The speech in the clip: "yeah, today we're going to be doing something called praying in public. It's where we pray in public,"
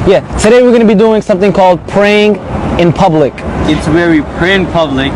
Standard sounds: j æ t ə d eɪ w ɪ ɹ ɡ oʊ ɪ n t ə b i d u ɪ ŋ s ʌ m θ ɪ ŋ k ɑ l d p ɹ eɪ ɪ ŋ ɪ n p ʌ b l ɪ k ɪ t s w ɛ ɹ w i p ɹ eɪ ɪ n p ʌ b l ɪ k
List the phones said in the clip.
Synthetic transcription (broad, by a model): j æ t ə d eɪ w ɪ ɹ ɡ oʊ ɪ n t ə b i d u ɪ ŋ s ʌ m θ ɪ ŋ k ɑ l d p ɹ eɪ ɪ ŋ ɪ n p ʌ b l ɪ k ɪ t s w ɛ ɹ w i p ɹ eɪ ɪ n p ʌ b l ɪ k